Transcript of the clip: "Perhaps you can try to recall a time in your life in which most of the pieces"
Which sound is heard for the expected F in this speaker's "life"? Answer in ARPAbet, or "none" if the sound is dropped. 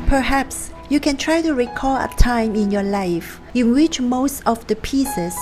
F